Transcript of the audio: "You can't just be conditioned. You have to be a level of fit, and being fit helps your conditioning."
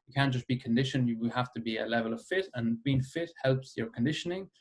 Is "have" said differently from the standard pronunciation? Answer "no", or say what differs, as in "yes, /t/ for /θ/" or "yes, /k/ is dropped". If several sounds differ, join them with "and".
yes, /f/ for /v/